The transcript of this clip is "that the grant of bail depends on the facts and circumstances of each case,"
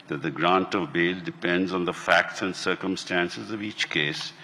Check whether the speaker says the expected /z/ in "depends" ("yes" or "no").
yes